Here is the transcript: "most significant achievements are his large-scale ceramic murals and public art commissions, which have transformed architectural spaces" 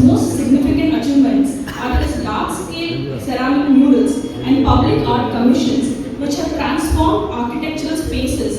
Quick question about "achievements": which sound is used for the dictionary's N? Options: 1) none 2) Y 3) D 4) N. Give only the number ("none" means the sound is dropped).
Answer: 4